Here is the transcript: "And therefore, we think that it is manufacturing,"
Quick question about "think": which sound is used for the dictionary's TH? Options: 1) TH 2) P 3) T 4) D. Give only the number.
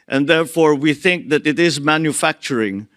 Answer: 1